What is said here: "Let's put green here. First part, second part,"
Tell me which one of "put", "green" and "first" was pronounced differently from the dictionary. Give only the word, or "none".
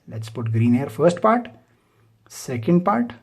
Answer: none